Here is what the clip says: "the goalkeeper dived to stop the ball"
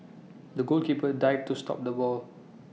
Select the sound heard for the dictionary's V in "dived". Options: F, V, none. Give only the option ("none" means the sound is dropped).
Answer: none